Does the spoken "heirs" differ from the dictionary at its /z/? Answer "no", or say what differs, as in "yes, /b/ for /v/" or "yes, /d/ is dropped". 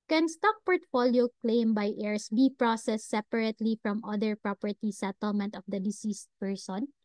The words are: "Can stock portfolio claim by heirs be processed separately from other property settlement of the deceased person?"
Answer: yes, /s/ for /z/